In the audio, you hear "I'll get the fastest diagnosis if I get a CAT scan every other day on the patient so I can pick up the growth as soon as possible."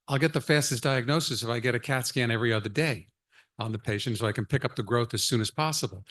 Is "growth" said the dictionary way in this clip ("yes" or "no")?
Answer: yes